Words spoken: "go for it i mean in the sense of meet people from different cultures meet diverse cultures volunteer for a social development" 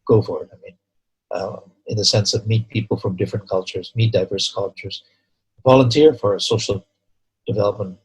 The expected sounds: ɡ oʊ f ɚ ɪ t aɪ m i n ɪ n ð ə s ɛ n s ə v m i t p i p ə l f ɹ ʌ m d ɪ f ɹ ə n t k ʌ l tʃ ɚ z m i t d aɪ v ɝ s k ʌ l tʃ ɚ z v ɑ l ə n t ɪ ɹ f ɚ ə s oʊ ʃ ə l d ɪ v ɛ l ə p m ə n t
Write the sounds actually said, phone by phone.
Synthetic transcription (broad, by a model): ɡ oʊ f ɚ ɪ t aɪ m i n ɪ n ð ə s ɛ n s ə v m i t p i p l f ɹ ʌ m d ɪ f ɹ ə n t k ʌ l tʃ ɚ z m i t d aɪ v ɝ s k ʌ l tʃ ɚ z v ɑ l ə n t ɪ ɹ f ɚ ə s oʊ ʃ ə l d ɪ v ɛ l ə p m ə n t